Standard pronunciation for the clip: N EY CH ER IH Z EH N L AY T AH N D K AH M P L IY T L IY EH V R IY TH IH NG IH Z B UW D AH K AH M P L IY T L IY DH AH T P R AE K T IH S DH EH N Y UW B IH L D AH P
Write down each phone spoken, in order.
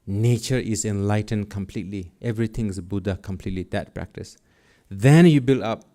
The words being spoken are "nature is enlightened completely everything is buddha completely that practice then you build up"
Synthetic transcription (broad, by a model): N EY CH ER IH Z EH N L AY T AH N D K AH M P L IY T L IY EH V R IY T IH NG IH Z B UW D AH K AH M P L IY T L IY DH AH T P R AE K T IH S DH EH N Y UW B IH L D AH P